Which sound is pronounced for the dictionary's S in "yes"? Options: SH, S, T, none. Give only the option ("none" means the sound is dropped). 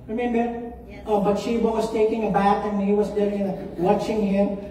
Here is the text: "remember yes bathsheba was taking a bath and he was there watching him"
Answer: none